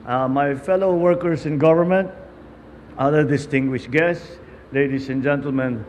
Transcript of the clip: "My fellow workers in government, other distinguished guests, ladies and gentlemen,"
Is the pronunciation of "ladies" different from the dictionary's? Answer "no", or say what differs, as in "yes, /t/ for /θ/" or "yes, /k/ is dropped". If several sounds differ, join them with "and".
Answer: yes, /s/ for /z/